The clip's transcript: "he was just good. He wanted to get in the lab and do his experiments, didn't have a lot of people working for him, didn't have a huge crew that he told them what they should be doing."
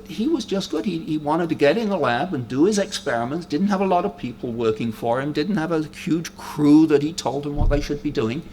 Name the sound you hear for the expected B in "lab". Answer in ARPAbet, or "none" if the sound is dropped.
B